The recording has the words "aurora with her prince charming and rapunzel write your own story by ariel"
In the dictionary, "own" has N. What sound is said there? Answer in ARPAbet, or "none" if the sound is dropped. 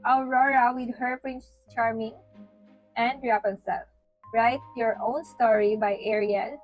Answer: N